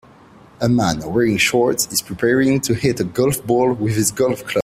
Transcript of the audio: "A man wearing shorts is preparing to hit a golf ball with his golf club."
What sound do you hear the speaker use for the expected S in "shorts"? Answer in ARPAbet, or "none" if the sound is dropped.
none